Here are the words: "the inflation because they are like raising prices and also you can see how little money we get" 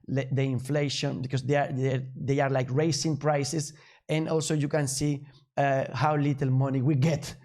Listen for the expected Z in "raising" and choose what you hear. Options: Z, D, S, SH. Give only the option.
S